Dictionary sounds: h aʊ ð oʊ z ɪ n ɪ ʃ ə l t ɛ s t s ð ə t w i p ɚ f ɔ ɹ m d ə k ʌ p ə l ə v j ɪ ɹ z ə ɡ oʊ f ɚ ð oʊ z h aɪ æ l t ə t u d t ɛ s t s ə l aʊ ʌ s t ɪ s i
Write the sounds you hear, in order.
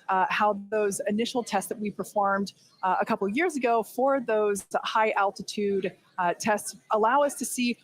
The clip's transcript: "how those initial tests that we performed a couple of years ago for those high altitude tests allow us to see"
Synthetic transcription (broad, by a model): h aʊ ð oʊ z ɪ n ɪ ʃ l t ɛ s t s ð ə t w i p ɚ f ɔ ɹ m d ə k ʌ p l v j ɪ ɹ z ə ɡ oʊ f ɚ ð oʊ z h aɪ æ l t ə t u d t ɛ s t s ə l aʊ ʌ s t ɪ s i